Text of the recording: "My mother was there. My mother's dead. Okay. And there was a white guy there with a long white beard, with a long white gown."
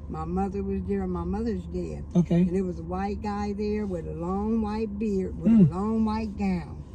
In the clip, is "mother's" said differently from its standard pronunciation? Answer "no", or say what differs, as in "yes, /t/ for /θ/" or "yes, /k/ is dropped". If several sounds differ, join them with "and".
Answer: no